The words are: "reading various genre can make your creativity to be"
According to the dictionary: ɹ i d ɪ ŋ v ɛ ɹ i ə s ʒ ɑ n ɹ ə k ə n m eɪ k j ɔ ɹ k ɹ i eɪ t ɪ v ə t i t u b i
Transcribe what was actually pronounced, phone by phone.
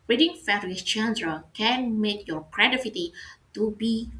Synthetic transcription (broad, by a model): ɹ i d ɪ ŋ f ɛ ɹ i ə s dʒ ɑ n ɹ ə k ə n m eɪ k j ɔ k ɹ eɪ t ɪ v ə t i t u b i